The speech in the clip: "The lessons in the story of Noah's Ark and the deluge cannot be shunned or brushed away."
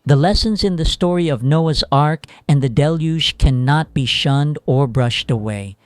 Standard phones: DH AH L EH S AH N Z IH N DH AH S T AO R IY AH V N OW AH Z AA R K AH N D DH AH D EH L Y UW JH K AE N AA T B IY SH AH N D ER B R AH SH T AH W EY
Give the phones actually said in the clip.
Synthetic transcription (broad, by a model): DH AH L EH S AH N Z IH N DH AH S T AO R IY AH V N OW AH Z AA R K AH N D DH AH D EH L Y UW ZH K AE N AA T B IY SH AH N D ER B R AH SH T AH W EY